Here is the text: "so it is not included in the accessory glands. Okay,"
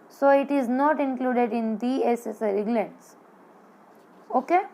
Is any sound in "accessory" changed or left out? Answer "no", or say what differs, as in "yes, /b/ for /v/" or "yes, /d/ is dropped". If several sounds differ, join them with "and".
yes, /k/ is dropped